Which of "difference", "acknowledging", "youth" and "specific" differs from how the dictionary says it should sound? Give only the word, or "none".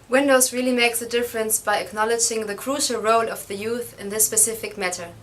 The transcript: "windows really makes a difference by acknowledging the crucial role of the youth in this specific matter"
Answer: none